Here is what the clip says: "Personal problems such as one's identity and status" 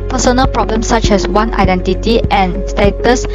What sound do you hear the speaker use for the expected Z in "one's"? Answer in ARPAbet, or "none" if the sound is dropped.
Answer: none